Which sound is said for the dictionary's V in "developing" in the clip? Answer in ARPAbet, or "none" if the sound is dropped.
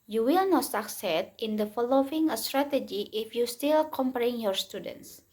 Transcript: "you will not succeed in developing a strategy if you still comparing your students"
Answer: F